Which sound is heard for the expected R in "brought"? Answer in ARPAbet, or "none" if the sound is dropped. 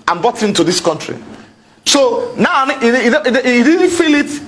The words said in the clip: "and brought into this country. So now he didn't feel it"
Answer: none